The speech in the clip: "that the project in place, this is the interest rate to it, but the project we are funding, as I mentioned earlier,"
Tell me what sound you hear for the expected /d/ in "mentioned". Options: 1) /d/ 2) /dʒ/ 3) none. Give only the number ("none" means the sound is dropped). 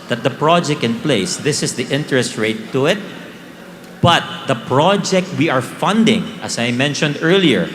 1